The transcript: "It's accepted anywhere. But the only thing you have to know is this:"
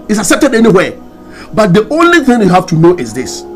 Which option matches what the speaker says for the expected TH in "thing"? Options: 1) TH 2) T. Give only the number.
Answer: 1